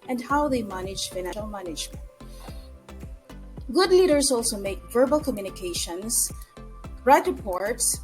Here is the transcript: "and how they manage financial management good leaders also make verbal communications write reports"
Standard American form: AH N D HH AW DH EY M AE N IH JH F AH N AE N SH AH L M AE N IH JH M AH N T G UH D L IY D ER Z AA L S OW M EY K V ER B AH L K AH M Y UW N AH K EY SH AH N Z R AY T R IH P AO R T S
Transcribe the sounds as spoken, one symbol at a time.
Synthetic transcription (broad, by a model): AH N D HH AW DH EY M AE N IH JH F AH IH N AH L M AE N IH JH M AH N T G UH D L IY D ER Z AA L S OW M EY K V ER B AH L K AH M Y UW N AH K EY SH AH N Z R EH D R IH P AO R T S